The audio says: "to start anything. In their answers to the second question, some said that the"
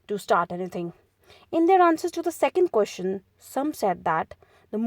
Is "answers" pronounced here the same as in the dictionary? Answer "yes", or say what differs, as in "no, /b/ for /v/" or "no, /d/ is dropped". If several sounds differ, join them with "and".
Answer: yes